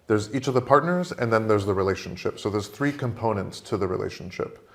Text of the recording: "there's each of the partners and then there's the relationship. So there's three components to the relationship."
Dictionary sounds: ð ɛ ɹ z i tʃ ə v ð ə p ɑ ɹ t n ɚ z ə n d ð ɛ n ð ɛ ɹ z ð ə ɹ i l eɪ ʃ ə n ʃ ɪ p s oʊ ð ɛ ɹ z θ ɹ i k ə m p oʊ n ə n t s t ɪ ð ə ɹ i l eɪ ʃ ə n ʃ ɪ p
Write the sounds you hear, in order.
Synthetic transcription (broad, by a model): ð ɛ ɹ z i tʃ ə v ð ə p ɑ ɹ t n ɚ z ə n ð ɛ n ð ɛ ɹ z ð ə ɹ i l eɪ ʃ ə n ʃ ɪ p s oʊ ð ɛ ɹ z θ ɹ i k ə m p oʊ n ə n t s t ɪ ð ə ɹ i l eɪ ʃ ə n ʃ ɪ p